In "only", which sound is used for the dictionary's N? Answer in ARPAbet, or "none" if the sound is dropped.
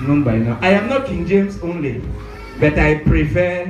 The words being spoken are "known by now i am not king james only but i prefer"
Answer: N